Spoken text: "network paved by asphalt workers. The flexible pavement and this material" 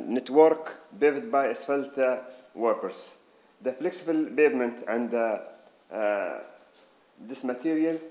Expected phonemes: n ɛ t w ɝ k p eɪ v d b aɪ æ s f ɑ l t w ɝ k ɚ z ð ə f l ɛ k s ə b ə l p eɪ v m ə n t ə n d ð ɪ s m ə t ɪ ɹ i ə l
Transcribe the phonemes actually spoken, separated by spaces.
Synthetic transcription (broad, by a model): n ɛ t w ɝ k b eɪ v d b aɪ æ s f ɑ l t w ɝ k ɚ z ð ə f l ɛ k s ə b ə l b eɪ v m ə n t ə n d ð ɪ s m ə t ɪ ɹ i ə l